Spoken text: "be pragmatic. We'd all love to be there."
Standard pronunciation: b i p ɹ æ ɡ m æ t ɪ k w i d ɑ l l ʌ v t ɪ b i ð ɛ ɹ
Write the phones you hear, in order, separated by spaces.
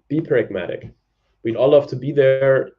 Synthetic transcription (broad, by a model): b i p ɹ æ ɡ m æ t ɪ k w i d ɑ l l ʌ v t ɪ b i ð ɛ ɹ